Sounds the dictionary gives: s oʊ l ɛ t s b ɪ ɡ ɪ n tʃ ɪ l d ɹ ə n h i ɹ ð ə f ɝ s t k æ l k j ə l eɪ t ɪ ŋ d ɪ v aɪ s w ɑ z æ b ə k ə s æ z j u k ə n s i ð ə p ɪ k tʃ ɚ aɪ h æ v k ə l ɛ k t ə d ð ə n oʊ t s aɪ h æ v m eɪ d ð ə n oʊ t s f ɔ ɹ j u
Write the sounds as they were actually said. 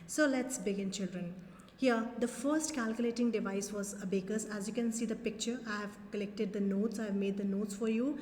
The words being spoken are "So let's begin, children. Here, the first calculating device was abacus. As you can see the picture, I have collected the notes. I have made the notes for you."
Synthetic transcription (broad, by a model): s oʊ l ɛ t s b ɪ ɡ ɪ n tʃ ɪ l d ɹ ə n h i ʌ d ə f ɝ s t k æ l k j ə l eɪ t ɪ ŋ d ɪ v aɪ s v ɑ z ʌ b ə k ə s æ z j u k ə n s i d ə p ɪ k tʃ ɚ aɪ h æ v k ə l ɛ k t ə d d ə n oʊ t s aɪ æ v m eɪ d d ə n oʊ t s f ɔ ɹ j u